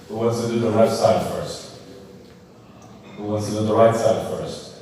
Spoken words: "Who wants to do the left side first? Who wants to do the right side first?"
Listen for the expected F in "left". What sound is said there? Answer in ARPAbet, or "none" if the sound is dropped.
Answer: none